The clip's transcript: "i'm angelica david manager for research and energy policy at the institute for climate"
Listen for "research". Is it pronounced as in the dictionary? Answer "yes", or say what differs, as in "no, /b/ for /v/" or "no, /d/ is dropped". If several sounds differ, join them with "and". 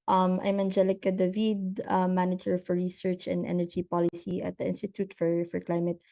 yes